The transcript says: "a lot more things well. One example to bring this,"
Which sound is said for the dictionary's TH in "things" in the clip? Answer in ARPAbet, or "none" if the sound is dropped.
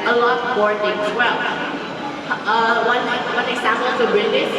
T